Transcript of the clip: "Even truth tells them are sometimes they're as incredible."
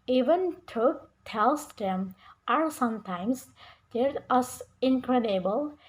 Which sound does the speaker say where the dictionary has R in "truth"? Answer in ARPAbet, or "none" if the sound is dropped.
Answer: none